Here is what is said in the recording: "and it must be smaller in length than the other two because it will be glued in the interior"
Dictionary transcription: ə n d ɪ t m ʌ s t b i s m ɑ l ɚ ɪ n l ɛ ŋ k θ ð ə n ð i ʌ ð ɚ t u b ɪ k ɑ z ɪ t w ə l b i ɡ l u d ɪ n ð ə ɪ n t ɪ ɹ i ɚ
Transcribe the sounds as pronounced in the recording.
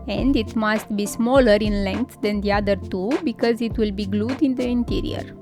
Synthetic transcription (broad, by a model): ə n d ɪ t m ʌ s t b i s m ɑ l ɚ ɪ n l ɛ ŋ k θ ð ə n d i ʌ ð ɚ t u b ɪ k ɑ z ɪ t w ə l b i ɡ l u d ɪ n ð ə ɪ n t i ɹ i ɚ